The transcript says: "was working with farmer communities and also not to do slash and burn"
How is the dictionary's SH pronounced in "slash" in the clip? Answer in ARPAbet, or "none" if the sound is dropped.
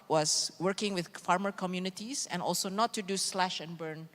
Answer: SH